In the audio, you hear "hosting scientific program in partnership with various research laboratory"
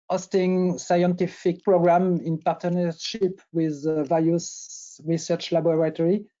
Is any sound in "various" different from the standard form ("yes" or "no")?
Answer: yes